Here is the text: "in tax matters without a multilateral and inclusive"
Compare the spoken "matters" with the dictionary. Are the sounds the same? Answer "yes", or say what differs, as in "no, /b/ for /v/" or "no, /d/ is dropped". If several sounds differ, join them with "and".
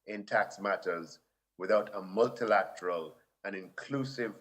yes